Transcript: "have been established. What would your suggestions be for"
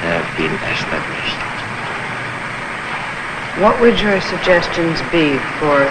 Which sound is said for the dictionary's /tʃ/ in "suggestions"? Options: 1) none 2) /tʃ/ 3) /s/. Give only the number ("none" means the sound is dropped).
2